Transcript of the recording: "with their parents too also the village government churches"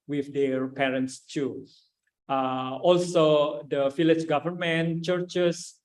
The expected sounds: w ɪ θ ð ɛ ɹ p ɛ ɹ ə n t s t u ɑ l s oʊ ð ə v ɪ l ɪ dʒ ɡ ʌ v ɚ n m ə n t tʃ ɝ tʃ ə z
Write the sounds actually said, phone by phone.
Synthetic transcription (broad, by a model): w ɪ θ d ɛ ɹ p ɛ ɹ ə n t s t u ɑ l s oʊ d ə f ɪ l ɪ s ɡ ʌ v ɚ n m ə n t tʃ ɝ tʃ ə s